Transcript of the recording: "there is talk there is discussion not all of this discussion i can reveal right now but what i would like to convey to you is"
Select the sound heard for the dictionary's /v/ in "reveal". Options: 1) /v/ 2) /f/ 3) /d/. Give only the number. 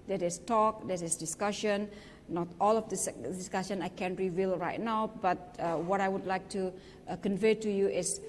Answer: 1